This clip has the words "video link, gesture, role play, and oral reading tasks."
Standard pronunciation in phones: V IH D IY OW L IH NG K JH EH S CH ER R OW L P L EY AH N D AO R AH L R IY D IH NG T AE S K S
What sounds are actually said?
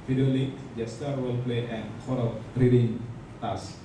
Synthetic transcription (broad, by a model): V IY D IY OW L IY K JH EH S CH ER W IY L P L EY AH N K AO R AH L R IY D IH NG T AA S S